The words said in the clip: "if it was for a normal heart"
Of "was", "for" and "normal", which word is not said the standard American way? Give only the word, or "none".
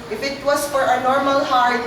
was